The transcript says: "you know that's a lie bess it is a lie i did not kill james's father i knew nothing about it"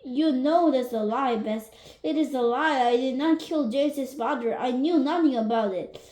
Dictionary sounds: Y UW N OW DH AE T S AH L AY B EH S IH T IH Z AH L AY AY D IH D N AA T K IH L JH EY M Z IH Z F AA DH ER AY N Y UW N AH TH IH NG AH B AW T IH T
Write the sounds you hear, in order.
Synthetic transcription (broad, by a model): Y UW N OW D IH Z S AH L AY B EH S IH T IH Z AH L AY AY D IH D N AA T K IH L JH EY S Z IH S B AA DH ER AY N Y UW N AH TH IH NG AH B AW T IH T